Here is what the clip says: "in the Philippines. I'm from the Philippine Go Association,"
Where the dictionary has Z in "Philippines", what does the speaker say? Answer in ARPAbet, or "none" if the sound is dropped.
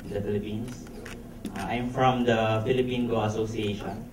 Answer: S